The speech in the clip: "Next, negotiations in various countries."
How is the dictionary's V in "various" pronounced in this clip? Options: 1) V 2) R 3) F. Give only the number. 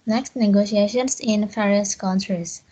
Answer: 3